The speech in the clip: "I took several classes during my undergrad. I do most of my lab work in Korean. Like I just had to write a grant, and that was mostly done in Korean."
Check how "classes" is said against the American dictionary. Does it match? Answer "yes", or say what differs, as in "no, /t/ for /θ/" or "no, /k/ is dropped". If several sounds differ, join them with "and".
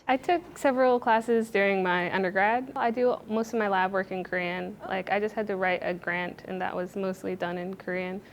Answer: yes